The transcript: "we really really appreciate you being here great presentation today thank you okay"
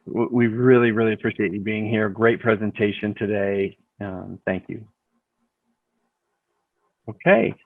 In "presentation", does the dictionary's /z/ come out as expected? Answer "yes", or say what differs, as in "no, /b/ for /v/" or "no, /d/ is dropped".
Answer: yes